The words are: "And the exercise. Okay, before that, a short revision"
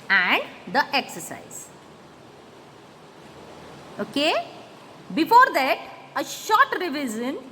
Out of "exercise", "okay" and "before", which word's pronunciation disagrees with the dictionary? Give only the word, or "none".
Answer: none